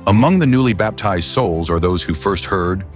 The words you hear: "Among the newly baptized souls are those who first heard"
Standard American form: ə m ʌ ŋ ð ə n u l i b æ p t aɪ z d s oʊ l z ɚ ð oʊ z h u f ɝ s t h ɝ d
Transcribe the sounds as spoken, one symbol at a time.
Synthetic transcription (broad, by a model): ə m ʌ ŋ ð ə n u l i b æ p t aɪ z d s oʊ l z ɚ ð oʊ z h u f ɝ s t h ɝ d